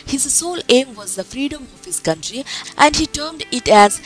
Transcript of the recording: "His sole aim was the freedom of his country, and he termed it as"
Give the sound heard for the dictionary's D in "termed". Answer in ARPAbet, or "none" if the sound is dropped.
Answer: D